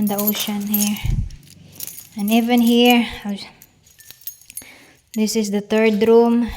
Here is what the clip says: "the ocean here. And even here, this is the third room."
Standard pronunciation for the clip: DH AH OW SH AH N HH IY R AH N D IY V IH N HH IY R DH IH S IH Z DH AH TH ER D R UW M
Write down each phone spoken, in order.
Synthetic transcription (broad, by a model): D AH OW SH AH N HH IY R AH N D IY V IH N HH IY R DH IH S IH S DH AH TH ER D R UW M